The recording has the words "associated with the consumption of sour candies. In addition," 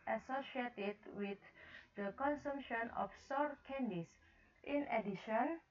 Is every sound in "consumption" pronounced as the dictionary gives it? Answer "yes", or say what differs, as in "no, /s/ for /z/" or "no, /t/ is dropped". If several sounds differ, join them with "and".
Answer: yes